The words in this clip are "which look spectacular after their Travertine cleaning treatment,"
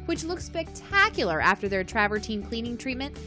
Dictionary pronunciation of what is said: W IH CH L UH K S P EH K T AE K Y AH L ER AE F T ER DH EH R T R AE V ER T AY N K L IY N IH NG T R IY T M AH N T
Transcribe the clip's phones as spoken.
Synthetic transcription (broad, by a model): W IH CH L UH K S P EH K T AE K Y L ER AE F T ER DH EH R T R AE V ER T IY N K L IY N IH NG T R IY T M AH N T